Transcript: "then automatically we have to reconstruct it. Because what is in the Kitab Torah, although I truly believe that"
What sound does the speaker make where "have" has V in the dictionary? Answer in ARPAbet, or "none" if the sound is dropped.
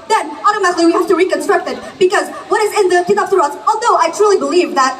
F